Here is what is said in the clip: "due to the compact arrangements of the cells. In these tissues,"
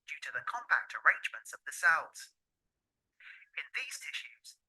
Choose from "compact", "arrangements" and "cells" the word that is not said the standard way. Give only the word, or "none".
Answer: none